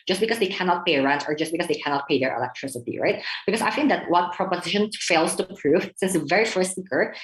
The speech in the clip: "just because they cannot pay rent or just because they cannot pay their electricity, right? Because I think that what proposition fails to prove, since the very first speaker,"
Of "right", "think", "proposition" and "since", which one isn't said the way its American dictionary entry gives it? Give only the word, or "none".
think